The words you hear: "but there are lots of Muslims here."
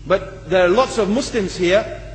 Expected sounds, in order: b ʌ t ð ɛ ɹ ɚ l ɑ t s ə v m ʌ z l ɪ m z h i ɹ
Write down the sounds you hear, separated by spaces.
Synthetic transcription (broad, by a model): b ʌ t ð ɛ ɹ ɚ l ɑ t s ə v m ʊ s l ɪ m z h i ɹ